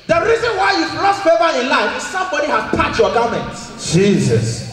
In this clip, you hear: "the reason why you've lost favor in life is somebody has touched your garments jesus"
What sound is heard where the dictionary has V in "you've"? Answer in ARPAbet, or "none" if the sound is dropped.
P